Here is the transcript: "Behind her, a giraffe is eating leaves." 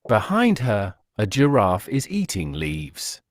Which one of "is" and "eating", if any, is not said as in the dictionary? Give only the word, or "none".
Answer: none